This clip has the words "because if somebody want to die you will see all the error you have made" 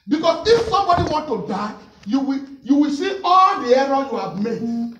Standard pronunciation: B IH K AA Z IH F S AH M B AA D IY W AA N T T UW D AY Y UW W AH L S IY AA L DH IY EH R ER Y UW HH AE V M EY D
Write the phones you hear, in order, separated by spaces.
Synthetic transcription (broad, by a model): B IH K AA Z IH F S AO M B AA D IY W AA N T T UW D AY Y UW W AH W S IY AA L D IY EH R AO Y UW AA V M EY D